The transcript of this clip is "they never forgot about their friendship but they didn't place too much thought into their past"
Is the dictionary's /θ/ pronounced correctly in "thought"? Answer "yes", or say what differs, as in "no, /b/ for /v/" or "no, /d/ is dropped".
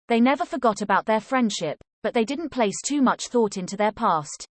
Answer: yes